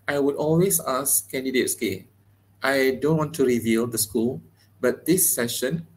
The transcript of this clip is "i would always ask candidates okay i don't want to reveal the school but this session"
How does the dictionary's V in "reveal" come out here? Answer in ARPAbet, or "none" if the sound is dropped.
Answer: V